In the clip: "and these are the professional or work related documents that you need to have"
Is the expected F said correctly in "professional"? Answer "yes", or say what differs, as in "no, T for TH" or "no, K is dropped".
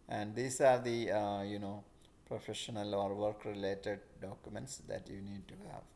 yes